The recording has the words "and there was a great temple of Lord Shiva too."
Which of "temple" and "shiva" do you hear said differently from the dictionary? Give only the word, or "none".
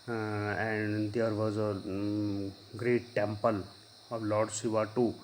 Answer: shiva